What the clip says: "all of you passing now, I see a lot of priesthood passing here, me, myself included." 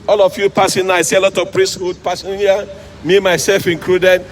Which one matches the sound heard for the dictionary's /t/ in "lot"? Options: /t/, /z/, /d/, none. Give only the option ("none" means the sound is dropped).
/t/